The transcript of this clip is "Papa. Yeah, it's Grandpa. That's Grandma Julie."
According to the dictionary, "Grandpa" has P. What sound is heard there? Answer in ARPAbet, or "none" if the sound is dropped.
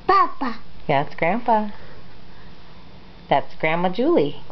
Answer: F